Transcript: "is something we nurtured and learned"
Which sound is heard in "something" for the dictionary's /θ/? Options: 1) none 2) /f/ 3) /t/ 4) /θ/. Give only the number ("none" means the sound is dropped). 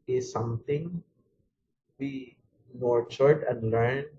3